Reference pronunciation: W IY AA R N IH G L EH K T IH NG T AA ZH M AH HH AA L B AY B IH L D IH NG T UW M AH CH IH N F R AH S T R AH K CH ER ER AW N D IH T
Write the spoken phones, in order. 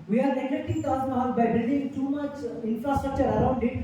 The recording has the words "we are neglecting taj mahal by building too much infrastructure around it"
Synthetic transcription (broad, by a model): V IY AA R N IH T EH T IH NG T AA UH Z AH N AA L B AY B IH L D IH NG T UW M AH CH IH N F R AH S T R AH K CH ER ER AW N D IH T